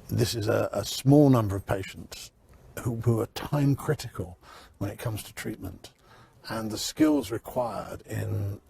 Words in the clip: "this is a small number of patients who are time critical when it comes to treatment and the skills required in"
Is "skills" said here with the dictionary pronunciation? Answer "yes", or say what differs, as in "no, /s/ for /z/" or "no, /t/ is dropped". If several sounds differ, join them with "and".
yes